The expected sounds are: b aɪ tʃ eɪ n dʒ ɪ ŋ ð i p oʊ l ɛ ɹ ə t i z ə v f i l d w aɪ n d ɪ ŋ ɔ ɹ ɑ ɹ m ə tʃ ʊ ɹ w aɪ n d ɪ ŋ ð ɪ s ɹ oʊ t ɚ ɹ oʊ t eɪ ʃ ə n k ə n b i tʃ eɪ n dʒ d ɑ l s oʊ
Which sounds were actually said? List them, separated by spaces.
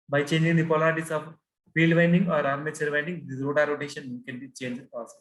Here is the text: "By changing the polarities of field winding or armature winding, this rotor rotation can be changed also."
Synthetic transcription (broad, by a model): b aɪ tʃ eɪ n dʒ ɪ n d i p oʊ l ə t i s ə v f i l d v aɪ n d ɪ ŋ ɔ ɹ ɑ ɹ m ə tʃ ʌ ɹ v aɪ n d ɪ ŋ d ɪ ɹ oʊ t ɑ ɹ oʊ t eɪ ʃ ə n k ə n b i tʃ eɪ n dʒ ɑ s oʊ